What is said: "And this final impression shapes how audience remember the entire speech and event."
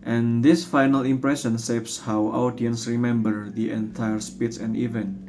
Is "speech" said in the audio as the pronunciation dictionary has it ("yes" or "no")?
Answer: no